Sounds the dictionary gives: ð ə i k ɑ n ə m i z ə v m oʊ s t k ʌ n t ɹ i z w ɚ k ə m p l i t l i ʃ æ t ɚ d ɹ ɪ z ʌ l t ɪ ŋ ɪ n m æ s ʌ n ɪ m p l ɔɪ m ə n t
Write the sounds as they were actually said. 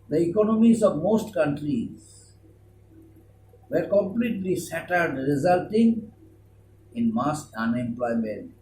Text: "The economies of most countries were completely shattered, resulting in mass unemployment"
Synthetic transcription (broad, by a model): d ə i k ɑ n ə m i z ə v m oʊ s t k ʌ n t ɹ i z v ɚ k ə m p l i t l i s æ t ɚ d ɹ ɪ z ʌ l t ɪ ŋ ɪ n m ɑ s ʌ n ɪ m p l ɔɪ m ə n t